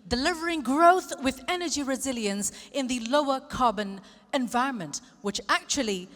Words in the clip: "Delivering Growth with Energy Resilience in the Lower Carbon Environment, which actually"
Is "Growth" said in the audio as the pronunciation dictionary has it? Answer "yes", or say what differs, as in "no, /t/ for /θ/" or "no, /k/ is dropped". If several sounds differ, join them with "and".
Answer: yes